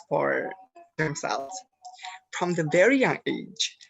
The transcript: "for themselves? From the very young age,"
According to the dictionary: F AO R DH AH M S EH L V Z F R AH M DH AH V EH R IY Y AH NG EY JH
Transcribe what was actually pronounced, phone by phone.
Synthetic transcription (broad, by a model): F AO R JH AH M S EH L Z F R AH M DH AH V EH R IY Y AH NG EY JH